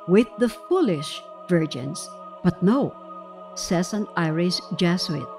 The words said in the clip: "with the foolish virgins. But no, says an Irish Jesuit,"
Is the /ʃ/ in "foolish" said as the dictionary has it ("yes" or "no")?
yes